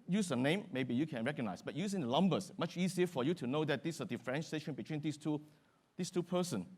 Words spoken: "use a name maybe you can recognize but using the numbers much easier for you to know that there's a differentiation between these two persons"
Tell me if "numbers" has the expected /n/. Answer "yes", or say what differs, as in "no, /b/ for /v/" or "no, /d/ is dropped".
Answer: no, /l/ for /n/